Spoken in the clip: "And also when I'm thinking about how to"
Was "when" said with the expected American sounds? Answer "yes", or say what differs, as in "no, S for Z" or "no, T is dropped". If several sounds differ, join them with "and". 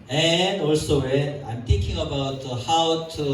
no, N is dropped